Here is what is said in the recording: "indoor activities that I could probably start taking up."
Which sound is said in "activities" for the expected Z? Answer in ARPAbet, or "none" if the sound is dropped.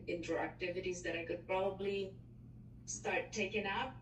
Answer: Z